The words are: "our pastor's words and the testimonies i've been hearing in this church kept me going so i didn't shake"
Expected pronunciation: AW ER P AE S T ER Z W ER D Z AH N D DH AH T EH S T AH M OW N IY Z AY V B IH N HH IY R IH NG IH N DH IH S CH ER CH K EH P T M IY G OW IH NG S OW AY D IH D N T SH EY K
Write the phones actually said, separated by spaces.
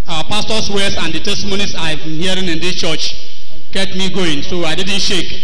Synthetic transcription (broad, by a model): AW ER P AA S T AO S W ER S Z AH N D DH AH T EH S T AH M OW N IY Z AY V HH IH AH R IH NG IH N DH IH S CH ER CH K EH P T M IY G OW IH NG S OW AY D IH D N T SH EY K